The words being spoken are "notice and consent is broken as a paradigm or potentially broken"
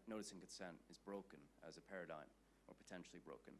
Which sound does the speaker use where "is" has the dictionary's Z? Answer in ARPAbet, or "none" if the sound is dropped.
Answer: Z